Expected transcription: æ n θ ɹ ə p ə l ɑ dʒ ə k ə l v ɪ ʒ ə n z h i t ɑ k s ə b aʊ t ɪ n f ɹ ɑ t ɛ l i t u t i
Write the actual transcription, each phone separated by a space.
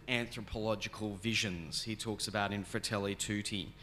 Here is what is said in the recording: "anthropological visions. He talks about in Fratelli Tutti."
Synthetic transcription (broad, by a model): æ n θ ɹ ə p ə l ɑ dʒ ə k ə l v ɪ ʒ ə n z h i t ɑ k s ə b aʊ t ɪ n f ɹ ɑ t ɛ l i t u t i